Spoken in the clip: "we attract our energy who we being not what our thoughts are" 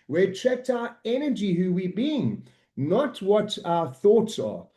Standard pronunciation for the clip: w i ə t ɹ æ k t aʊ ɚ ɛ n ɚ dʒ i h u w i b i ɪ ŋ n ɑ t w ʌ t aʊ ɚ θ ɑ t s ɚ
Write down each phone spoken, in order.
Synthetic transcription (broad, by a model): w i ə t ɹ æ k t aʊ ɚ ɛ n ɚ dʒ i h u w i b i ɪ ŋ n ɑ t w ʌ t aʊ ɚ θ ɑ t s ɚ